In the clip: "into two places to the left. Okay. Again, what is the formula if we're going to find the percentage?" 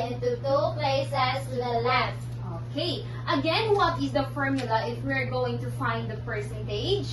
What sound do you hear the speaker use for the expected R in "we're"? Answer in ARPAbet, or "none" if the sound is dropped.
R